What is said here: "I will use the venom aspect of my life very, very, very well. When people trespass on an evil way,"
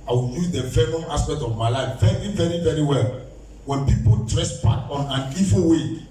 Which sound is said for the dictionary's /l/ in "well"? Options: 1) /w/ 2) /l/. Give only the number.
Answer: 2